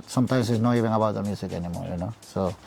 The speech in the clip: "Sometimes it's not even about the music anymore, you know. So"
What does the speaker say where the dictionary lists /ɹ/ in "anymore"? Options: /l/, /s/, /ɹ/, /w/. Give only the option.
/l/